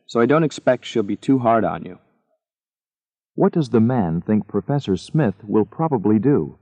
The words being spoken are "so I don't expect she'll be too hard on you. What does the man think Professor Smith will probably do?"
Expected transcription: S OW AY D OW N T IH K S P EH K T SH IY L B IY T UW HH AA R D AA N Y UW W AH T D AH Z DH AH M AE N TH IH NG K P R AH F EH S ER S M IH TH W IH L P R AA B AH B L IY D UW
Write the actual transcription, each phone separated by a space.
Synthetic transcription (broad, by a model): S OW AY D OW N T IH K S P EH K T SH IY L B IY T UW HH AA R D N Y UW W AH T D AH Z DH AH M AE N TH IH NG K P R AH F EH S ER S M IH TH W IH L P R AA B AH B L IY D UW